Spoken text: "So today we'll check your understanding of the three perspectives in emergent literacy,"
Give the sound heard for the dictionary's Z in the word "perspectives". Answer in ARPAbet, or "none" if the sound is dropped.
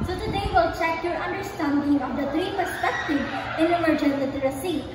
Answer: none